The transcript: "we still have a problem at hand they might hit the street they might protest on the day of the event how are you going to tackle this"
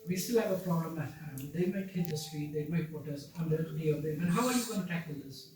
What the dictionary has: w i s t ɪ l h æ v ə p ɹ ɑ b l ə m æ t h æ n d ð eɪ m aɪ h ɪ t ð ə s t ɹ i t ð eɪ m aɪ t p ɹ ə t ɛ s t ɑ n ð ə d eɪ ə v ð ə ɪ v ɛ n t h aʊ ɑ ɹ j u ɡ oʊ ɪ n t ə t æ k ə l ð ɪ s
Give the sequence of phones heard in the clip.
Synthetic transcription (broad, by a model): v i s t ɪ l h æ v ə p ɹ ɑ b l ə m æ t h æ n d eɪ m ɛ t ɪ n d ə s t ɹ i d eɪ m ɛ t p ə t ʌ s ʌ n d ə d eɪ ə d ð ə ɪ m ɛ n h aʊ ɑ ɹ j u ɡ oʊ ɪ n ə t æ k ə l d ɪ s